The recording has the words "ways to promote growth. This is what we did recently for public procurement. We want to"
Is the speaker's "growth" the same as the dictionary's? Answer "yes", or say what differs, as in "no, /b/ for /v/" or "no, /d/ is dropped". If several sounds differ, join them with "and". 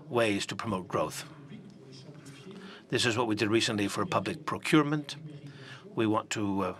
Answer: yes